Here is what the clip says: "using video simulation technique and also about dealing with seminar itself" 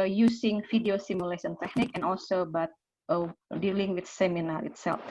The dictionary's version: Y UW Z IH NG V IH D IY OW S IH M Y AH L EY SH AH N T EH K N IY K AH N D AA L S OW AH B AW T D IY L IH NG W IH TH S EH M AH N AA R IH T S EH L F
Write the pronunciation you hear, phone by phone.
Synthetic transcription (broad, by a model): Y UW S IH NG F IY D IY OW S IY M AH L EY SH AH N T EH K N IY K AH N AA L S OW B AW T D IY L IH NG W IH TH S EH M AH N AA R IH T S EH L F